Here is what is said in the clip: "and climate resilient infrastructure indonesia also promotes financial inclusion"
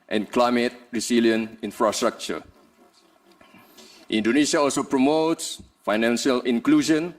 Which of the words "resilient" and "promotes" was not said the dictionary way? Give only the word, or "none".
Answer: resilient